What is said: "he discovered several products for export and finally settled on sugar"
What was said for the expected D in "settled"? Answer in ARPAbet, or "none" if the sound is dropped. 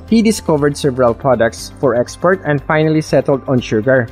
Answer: D